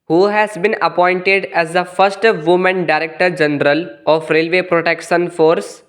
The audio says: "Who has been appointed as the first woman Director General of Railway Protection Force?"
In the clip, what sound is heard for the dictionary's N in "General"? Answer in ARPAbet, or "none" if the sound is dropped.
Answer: N